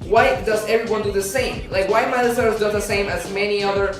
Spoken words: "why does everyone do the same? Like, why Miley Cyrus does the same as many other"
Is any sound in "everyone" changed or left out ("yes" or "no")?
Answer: no